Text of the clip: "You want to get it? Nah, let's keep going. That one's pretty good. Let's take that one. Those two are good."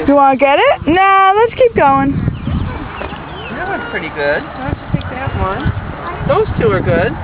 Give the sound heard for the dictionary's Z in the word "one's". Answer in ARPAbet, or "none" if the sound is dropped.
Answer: none